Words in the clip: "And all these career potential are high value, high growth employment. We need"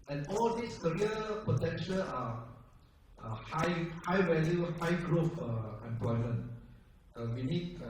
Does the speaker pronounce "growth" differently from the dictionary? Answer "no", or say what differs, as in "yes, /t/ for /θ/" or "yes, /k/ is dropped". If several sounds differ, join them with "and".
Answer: yes, /f/ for /θ/